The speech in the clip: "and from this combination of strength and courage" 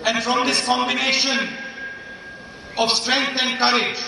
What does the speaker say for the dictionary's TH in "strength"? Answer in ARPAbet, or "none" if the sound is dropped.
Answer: T